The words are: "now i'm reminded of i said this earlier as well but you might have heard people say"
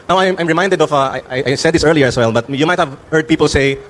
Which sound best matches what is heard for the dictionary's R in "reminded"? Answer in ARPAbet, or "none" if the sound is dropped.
R